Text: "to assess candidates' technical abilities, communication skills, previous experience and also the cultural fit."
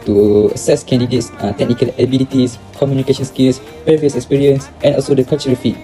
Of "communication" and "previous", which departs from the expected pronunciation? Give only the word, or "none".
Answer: previous